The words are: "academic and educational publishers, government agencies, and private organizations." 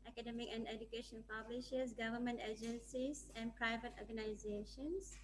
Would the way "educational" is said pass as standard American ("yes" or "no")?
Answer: no